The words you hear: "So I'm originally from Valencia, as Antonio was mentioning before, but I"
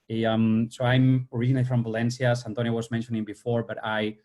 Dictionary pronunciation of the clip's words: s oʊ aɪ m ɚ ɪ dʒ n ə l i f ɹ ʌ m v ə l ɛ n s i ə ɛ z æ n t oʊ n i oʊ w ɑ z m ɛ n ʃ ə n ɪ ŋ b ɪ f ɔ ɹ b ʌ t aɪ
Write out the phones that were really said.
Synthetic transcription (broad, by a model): s oʊ aɪ m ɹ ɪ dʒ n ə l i f ɹ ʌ m v ə l ɛ n s i ə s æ n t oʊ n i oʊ w ɑ z m ɛ n ʃ ə n ɪ ŋ b ɪ f ɔ ɹ b ʌ t aɪ